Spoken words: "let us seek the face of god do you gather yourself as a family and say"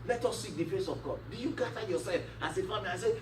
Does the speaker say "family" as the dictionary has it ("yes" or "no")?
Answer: no